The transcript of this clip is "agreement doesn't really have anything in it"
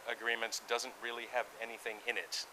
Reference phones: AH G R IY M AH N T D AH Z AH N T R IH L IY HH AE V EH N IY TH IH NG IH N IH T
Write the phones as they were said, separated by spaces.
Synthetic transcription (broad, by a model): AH G R IY M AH N T D AH Z AH N T R IH L IY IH V EH N IY TH IH NG IH N IH T